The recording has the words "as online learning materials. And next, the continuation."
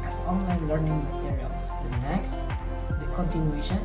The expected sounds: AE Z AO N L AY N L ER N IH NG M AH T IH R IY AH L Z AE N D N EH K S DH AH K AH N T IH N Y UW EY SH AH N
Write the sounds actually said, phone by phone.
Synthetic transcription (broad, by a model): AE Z AO N L AY N L ER N IH NG M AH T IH R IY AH L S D N EH K S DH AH K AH N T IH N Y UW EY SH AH N